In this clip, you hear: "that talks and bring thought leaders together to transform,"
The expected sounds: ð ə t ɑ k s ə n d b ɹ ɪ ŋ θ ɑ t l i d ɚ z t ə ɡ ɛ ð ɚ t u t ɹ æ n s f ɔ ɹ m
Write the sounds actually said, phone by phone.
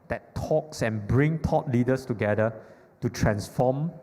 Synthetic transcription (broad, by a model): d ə t ɑ k s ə n b ɹ ɪ ŋ t ɑ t l i d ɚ s t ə ɡ ɛ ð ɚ t u t ɹ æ n s f ɔ m